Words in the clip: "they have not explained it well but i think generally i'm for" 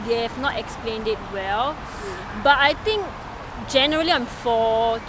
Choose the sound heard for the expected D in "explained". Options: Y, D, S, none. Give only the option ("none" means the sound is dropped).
D